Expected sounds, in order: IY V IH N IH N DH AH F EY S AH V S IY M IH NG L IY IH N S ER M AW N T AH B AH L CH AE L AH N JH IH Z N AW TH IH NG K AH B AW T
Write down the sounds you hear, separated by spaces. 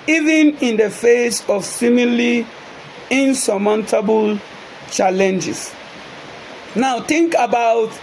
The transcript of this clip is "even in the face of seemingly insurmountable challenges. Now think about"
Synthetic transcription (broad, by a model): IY V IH N IH N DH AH F EY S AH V S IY M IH L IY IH N S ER M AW N T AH B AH L CH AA L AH N JH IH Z N AW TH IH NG K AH B AW T